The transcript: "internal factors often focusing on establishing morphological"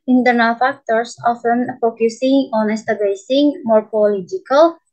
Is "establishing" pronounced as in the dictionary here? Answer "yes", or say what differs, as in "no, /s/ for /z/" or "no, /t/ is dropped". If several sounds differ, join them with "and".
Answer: no, /l/ is dropped and /s/ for /ʃ/